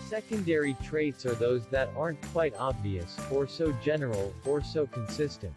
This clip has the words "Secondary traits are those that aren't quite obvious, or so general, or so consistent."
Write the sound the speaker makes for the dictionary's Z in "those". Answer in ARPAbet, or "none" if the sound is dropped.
Z